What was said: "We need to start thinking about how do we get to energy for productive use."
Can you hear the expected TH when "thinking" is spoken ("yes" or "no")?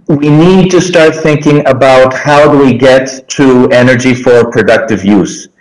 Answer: yes